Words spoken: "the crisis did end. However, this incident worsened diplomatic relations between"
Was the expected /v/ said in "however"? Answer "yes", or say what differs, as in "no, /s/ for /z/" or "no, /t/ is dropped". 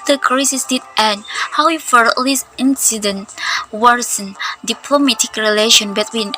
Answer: no, /f/ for /v/